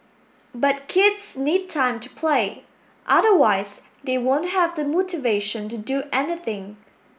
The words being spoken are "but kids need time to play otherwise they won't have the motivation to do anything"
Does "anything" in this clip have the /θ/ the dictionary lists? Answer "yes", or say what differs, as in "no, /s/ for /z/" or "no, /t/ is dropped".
yes